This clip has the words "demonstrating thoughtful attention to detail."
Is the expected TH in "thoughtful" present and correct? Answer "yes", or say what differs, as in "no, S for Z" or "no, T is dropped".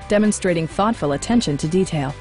yes